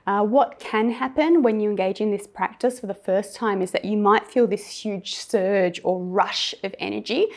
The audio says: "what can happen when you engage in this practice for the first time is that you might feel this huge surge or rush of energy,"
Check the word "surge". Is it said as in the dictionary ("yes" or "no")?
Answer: yes